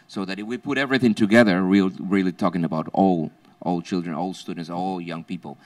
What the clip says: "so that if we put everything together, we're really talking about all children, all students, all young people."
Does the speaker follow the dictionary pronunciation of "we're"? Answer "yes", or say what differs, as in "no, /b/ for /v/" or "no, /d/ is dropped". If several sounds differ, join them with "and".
no, /l/ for /ɹ/